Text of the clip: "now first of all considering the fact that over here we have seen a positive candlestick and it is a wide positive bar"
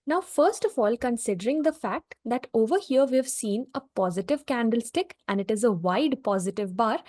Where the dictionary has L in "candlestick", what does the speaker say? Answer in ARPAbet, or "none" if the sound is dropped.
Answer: L